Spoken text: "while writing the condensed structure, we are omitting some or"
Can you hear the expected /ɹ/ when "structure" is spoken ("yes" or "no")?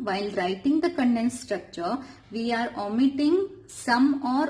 yes